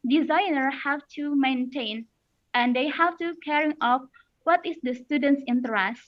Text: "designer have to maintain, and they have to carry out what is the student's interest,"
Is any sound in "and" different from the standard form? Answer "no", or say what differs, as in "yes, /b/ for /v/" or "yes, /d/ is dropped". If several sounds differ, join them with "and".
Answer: no